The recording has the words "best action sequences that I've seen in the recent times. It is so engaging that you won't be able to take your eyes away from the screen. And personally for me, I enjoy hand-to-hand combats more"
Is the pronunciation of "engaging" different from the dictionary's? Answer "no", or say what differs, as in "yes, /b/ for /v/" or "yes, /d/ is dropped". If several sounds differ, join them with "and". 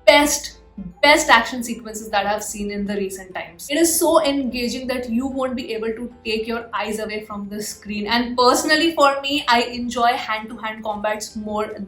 no